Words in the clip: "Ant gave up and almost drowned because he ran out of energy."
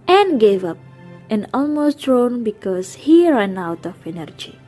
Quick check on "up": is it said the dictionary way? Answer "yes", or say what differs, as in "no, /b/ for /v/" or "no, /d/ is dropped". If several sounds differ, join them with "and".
yes